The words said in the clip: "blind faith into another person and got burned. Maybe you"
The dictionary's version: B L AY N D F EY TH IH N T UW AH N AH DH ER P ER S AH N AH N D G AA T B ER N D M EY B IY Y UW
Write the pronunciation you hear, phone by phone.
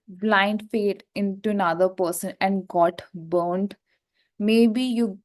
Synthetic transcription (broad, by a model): B L AY N D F EY T IH N T UW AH N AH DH ER P ER S AH N AH N D G AA T B ER N D M EY B IY Y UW